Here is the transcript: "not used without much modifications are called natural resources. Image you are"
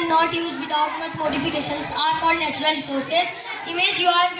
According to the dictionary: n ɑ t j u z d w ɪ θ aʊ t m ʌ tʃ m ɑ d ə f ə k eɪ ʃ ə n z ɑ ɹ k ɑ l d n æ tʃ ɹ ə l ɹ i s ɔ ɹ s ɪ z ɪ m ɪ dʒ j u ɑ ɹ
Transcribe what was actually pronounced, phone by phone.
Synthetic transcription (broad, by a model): n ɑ t j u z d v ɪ t aʊ t m ʌ tʃ m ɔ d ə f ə k eɪ ʃ ə n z ɑ ɹ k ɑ d n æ tʃ ɹ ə l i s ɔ ɹ s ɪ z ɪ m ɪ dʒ j u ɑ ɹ